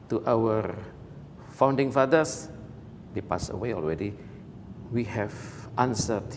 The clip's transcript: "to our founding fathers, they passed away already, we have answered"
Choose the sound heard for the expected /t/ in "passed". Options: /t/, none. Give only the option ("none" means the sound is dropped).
none